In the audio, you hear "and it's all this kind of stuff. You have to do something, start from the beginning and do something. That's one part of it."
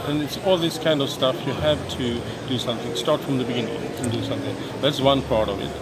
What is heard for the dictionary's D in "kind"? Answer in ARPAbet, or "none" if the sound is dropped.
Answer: D